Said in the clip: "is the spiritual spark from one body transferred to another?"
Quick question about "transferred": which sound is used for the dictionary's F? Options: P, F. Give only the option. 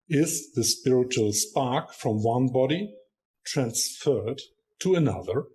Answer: F